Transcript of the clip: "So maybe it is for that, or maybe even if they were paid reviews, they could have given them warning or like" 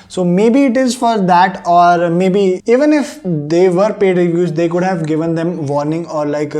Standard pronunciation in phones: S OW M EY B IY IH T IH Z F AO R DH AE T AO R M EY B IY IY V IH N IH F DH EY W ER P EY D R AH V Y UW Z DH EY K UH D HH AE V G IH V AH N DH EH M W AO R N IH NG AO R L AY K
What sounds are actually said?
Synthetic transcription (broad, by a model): S OW M EY B IY IH T IH Z F AO R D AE T AO R M EY B IY IY V IH N IH F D EY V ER P EY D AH Y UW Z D EY K UH D HH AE V G IH V AH N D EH M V AO R N IH NG AO R L AY K